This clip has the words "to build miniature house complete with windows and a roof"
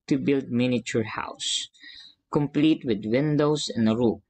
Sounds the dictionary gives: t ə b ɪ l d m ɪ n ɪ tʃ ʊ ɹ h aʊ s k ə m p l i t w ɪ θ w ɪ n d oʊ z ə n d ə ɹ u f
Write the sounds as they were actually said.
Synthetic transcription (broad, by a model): t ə b ɪ l d m ɪ n ɪ tʃ ʊ ɹ h aʊ s k ə m p l i t w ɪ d w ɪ n d oʊ s ə n d ə ɹ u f